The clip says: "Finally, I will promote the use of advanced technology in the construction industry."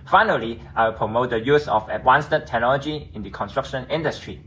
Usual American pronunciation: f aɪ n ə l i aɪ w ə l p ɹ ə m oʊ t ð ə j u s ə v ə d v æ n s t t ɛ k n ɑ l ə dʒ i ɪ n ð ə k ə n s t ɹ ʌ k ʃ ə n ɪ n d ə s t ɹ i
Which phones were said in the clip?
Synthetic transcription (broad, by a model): f aɪ n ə l i aɪ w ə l p ɹ ə m oʊ t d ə j u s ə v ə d w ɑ n s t t ɛ k n ɑ l ə dʒ i ɪ n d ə k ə n s t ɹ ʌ k ʃ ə n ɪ n d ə s t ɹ i